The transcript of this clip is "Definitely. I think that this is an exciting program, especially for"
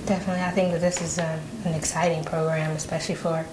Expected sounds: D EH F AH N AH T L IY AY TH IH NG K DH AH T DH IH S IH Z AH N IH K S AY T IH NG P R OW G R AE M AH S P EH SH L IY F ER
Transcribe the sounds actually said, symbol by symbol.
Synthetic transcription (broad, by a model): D EH F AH N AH T L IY AY TH IH NG K DH AH T DH IH S IH Z AH N IH K S AY T IH NG P R OW G R AE M AH S P EH SH L IY F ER